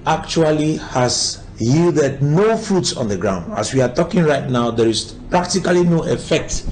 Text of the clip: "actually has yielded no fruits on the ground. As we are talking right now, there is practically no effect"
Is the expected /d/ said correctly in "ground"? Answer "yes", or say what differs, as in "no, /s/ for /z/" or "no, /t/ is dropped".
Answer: yes